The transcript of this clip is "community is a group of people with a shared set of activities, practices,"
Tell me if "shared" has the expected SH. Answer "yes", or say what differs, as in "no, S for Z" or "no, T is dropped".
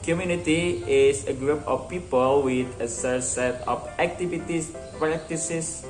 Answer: no, S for SH